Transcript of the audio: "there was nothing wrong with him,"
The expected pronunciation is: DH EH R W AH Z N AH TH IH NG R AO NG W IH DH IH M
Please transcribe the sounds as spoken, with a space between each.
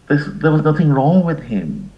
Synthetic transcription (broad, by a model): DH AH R W AH Z N AH TH IH NG R AO NG W IH DH IH M